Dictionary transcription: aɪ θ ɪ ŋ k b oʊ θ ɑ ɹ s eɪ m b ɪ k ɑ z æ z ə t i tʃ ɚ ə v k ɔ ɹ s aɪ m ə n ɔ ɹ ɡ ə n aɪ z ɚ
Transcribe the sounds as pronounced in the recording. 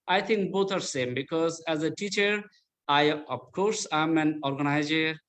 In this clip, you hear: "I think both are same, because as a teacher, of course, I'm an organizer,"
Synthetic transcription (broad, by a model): aɪ t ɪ ŋ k b oʊ t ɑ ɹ s eɪ m b ɪ k ɑ z æ z ə t i tʃ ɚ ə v k ɔ ɹ s aɪ m ə n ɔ ɹ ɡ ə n aɪ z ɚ